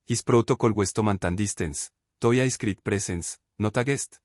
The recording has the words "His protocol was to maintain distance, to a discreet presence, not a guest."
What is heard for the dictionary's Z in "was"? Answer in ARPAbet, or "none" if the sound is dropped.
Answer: S